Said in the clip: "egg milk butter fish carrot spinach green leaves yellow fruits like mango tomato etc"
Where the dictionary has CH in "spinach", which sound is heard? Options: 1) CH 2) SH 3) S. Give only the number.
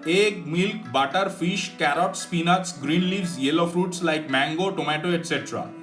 3